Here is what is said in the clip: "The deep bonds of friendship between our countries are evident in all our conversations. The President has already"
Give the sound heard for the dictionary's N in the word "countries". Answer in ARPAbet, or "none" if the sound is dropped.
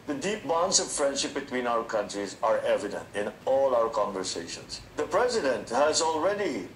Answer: N